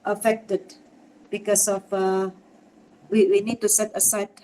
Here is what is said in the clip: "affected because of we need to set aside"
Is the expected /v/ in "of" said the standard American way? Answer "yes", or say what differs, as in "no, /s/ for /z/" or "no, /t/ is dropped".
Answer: no, /w/ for /v/